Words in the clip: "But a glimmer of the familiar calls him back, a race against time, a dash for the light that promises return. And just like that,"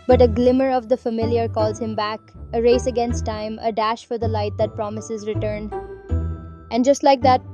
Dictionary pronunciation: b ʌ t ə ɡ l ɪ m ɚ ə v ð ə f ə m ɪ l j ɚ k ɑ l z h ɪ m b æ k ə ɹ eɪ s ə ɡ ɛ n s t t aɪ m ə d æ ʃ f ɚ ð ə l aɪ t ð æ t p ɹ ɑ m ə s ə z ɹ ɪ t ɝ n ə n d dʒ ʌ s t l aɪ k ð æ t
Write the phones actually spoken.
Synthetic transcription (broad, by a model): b ʌ t ə ɡ l ɪ m ɚ ə v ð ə f ə m ɪ l j ɚ k ɑ l z h ɪ m b æ k ə ɹ eɪ s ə ɡ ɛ n s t t aɪ m ə d æ ʃ f ɚ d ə l aɪ t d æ t p ɹ ɑ m ə s ə z ɹ ɪ t ɝ n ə n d dʒ ʌ s t l aɪ k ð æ t